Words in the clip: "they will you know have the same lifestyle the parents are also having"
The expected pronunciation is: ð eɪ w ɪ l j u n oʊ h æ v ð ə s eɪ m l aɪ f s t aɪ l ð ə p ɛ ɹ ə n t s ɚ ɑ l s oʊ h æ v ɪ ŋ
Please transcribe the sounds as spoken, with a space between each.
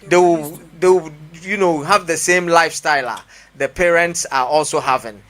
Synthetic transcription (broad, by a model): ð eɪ w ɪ w j u n oʊ h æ v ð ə s eɪ m l aɪ f s t aɪ l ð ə p ɛ ɹ ə n t s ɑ ɑ l s oʊ h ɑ v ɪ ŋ